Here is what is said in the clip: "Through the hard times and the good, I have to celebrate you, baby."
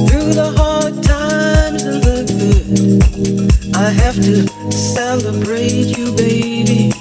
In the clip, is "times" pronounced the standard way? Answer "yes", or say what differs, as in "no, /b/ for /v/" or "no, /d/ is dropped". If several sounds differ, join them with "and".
no, /z/ is dropped